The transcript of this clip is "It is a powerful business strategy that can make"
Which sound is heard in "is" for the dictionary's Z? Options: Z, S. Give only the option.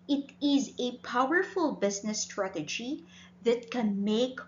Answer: Z